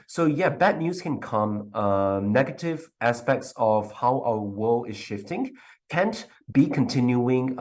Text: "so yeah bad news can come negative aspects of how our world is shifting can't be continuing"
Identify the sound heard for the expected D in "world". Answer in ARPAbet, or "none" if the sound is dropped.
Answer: none